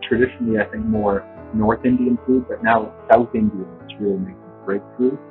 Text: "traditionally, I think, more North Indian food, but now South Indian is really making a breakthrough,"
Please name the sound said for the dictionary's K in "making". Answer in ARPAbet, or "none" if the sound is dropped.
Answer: none